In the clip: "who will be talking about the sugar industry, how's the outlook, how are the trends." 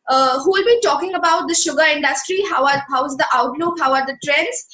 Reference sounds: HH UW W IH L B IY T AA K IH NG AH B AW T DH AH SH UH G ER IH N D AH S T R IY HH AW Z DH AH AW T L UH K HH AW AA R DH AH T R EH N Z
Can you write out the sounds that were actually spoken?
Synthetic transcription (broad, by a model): HH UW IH L B IY T AA K IH NG AH B AW T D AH SH UH G ER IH N D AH S T R IY HH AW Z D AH AW T L UH K HH AW AA R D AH T R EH N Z